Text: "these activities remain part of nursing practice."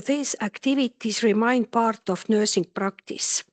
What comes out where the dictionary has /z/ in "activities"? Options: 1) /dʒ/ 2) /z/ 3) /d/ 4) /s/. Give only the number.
4